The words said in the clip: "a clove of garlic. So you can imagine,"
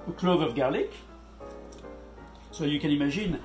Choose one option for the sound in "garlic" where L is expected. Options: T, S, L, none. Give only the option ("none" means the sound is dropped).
L